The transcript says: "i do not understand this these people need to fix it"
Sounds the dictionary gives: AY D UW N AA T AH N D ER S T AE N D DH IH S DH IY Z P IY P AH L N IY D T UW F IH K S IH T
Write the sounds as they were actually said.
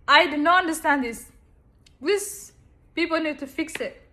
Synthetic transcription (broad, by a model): AY D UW N AA T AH N D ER S T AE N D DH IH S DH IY S P IY P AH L N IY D T UW F IH K S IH T